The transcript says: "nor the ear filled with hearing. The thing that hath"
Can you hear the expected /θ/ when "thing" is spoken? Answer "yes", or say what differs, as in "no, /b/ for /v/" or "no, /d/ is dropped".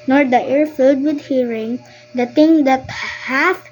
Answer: no, /t/ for /θ/